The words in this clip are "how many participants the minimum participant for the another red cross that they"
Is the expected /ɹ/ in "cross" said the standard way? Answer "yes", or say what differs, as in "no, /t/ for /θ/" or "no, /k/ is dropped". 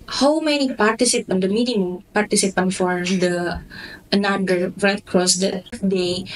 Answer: yes